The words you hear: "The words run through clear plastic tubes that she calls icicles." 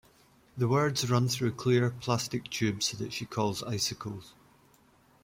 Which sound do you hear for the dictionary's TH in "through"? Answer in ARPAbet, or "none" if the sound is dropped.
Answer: TH